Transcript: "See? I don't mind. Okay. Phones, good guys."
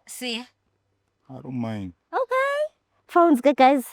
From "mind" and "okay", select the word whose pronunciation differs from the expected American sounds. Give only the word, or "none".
mind